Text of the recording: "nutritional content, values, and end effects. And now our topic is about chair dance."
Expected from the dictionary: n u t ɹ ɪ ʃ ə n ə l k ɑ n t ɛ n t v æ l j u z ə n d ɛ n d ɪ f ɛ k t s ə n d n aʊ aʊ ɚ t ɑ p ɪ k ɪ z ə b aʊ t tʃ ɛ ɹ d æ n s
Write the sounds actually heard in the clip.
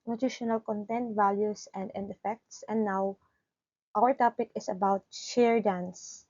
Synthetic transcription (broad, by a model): n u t ɹ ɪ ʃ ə n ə l k ɑ n t ɛ n t v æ l j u s ə n d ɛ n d ɪ f ɛ k t s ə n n aʊ aʊ ɚ t ɑ p ɪ k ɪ s ə b aʊ t ʃ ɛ ɹ d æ n s